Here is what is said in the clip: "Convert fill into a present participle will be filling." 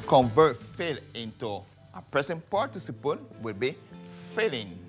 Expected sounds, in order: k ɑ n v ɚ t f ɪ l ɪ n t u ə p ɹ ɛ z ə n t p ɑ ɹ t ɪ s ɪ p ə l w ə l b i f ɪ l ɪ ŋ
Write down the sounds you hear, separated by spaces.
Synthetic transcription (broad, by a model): k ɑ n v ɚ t f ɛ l ɪ n t u ə p ɹ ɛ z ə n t p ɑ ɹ t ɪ s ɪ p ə n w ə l b i f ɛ l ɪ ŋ